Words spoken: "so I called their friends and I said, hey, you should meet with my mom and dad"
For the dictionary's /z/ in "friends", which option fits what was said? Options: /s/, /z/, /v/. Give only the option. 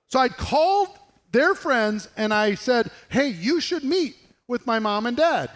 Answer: /z/